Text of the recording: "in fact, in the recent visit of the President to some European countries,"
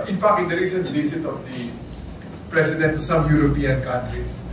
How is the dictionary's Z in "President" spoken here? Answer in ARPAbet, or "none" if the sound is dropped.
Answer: S